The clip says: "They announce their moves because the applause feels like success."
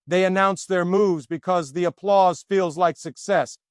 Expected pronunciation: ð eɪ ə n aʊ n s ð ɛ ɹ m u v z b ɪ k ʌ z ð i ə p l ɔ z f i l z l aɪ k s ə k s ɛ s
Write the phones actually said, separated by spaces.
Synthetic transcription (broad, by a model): ð eɪ ə n aʊ n s ð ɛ ɹ m u v z b ɪ k ʌ z ð i ə p l ɔ z f i l z l aɪ k s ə k s ɛ s